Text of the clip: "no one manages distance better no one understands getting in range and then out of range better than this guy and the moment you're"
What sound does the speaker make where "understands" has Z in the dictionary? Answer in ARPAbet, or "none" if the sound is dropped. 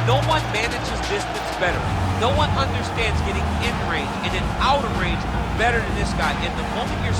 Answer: Z